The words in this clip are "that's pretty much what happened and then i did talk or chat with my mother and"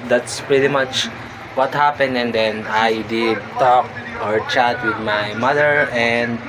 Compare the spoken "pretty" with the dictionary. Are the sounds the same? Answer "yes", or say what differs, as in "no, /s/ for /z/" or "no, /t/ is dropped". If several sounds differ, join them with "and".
yes